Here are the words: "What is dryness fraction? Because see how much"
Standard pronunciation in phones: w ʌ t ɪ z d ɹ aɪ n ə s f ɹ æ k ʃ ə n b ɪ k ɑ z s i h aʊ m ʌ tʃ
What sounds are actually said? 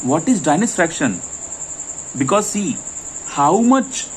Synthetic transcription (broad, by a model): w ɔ t ɪ z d aɪ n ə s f ɹ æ k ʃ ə n b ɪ k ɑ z s i h aʊ m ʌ tʃ